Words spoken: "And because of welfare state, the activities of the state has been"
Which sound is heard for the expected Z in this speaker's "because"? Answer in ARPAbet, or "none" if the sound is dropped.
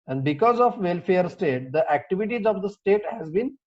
Z